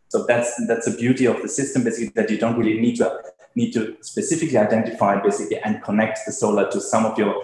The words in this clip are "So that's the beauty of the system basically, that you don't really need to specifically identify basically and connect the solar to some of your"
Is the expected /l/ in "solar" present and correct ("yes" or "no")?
yes